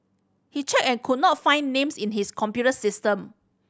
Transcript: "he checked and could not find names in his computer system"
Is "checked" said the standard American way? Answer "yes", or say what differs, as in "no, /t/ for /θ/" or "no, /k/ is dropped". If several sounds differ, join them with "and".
no, /t/ is dropped